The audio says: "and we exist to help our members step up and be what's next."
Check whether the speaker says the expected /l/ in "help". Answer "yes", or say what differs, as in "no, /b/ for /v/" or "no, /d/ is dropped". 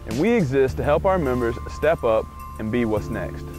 yes